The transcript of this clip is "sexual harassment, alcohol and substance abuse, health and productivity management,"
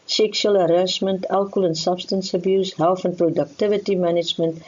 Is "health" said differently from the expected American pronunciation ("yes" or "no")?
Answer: yes